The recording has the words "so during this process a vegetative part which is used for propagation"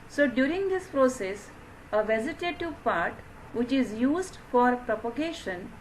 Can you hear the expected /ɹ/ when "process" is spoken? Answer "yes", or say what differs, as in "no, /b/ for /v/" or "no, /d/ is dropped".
yes